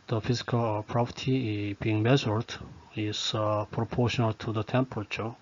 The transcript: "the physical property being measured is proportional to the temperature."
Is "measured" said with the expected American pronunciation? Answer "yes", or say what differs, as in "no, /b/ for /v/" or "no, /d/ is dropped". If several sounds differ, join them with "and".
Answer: no, /z/ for /ʒ/